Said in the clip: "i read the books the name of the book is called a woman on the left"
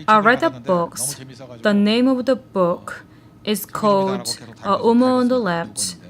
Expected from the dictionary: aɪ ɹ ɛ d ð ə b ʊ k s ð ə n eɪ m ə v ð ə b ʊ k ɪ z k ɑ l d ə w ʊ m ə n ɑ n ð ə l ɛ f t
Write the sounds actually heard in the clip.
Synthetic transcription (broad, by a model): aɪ ɹ ɛ d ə b ʊ k s ð ə n eɪ m ə v ð ə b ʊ k ɪ z k ɑ l d ə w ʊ m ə ʌ n ð ə l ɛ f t